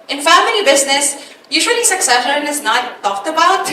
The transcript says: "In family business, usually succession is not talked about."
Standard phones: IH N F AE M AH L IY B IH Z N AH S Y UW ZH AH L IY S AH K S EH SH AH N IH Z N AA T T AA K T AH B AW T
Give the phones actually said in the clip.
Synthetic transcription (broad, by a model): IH N F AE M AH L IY B IH Z N AH S Y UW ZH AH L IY S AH K S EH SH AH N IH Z N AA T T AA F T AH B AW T